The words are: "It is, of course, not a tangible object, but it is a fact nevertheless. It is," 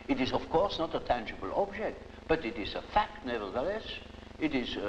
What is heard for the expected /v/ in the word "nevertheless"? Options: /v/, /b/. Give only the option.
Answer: /v/